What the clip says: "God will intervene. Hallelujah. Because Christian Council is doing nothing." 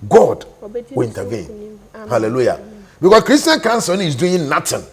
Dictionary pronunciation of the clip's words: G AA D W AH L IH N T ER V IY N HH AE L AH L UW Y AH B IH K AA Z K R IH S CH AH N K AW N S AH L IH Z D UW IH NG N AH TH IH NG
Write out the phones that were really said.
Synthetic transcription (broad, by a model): G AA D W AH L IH N T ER V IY N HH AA L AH L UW Y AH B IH K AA S K R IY S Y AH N K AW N S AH N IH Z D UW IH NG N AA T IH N